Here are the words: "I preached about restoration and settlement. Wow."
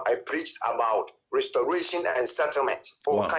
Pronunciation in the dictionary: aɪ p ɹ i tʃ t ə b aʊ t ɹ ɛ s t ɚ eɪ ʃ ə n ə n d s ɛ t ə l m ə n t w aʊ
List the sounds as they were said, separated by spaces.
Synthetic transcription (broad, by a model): aɪ p ɹ i tʃ t ə b aʊ t ɹ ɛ s t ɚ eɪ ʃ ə n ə n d s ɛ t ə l m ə n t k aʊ